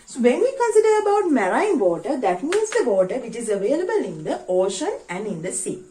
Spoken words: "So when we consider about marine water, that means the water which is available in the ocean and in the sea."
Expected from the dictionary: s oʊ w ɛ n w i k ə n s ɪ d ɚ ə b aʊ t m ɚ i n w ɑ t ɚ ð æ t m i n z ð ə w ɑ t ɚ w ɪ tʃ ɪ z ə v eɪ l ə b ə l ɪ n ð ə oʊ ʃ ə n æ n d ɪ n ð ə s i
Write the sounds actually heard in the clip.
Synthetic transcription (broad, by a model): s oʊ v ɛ n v i k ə n s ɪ d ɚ ə b aʊ t m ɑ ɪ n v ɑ t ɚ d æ t m i n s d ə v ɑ t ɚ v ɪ tʃ ɪ z ə v eɪ l ə b ə l ɪ n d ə oʊ ʃ ə n æ n d ɪ n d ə s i